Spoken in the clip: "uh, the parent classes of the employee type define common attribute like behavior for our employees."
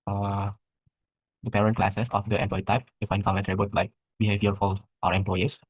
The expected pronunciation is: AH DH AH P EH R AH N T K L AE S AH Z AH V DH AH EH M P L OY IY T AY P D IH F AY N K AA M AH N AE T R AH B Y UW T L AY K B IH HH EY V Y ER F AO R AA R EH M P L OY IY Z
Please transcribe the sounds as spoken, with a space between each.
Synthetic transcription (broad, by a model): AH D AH P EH R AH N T K L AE S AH S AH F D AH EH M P L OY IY T AY P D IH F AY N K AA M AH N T R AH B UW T L AY K B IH HH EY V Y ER F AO L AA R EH M P L OY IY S